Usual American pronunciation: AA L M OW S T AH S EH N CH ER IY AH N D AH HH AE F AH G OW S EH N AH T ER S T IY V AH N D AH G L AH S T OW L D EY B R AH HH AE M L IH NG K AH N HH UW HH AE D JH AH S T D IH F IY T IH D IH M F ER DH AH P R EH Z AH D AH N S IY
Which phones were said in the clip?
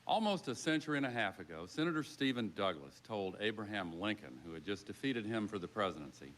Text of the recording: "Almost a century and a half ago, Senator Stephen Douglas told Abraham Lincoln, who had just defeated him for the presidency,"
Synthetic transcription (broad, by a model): AA L M OW S T AH S EH N CH ER IY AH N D AH HH AE F AH G OW S EH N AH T ER S T IY V AH N D AH G L AH S T OW L D EY B R AH HH AE M L IH NG K AH N HH UW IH D JH AH S D IH F IY T IH D IH M F ER DH AH P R EH Z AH D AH N S IY